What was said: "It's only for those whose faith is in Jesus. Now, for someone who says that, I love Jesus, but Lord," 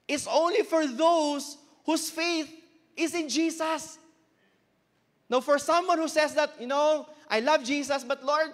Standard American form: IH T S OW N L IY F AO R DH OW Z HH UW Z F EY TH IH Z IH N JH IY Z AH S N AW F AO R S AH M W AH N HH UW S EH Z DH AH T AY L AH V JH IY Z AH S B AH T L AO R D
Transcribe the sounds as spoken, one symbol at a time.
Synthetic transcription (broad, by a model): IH T S OW N L IY F AO R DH OW S HH UW S F EY TH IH S IH N JH IY S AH S N AW F AO R S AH M W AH N HH UW S EH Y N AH T AY L AH V JH IY S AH S B AH T L AO R D